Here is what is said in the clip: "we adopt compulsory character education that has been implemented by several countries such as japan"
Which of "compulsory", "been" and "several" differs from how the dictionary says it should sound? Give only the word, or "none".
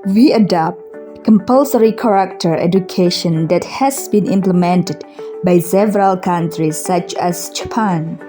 none